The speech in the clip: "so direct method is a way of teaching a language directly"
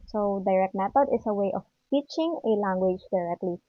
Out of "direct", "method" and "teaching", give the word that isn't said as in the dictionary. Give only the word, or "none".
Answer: method